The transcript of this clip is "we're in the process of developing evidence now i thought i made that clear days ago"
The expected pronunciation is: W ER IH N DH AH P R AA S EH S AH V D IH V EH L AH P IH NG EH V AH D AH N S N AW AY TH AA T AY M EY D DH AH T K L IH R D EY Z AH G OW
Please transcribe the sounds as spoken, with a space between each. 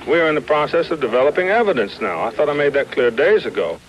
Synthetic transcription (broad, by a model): W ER IH N DH AH P R AA S EH S AH V D IH V EH L AH P IH NG EH V AH D AH N S N AW AY TH AA T AY M EY D DH AH T K L IH R D EY Z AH G OW